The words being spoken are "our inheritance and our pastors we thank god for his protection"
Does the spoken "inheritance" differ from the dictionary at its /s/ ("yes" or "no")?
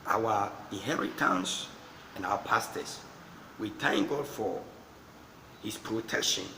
no